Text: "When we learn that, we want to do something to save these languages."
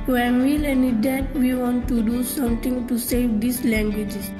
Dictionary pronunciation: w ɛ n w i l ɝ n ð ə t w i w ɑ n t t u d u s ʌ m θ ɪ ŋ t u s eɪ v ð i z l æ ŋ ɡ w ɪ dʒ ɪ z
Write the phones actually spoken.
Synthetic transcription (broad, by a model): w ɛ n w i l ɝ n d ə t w i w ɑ n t t u d u s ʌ m t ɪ ŋ t u s eɪ v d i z l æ ŋ ɡ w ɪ dʒ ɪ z